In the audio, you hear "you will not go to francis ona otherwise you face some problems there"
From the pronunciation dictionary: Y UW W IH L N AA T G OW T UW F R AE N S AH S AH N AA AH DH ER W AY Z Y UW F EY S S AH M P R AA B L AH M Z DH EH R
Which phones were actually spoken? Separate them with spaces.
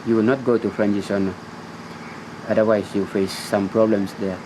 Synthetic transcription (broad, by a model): Y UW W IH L N AA T G OW T UW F R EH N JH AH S AH N AA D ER W AY S Y UW F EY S S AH M P R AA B L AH M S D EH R